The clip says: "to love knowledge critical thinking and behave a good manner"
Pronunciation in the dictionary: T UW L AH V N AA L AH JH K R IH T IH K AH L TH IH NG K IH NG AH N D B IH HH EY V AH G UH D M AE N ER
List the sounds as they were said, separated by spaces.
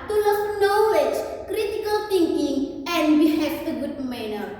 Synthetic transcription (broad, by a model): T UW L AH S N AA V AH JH K R IH T IH K AH L T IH NG K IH NG AH N D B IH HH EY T AH G UH D M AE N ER